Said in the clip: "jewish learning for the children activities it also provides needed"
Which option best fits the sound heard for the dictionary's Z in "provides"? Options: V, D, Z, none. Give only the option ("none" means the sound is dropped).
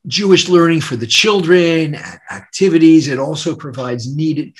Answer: Z